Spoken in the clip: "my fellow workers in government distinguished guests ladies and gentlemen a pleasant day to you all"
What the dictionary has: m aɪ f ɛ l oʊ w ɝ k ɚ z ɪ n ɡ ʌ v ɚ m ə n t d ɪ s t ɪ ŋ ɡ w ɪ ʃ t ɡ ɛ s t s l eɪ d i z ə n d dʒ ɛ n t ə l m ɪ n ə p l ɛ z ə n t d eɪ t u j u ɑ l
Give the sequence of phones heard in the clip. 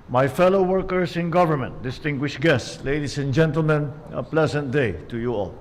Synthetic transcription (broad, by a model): m aɪ f ɛ l oʊ w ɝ k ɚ s ɪ n ɡ ʌ v ɚ m ə n t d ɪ s t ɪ ŋ ɡ w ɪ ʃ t ɡ ɛ s t s l eɪ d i s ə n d dʒ ɛ n t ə l m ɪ n ə p l ɛ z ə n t d eɪ t u j u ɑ l